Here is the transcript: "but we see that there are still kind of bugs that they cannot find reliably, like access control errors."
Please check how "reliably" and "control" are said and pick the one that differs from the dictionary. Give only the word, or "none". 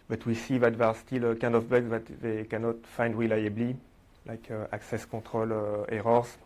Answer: control